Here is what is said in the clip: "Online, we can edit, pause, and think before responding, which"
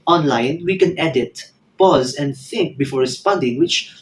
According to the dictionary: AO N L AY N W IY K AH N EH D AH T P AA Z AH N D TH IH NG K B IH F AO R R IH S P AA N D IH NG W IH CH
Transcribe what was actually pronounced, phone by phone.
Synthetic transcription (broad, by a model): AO N L AY N W IY K AH N EH D AH T P AA Z AH N D TH IH NG K B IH F AO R R IH S P AA N D IH NG W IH CH